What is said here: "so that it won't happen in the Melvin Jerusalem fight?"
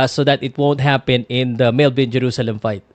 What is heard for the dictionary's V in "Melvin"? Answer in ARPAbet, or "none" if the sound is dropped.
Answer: B